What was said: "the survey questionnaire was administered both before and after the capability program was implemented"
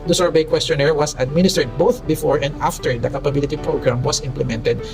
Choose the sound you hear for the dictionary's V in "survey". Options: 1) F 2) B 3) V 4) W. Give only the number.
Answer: 2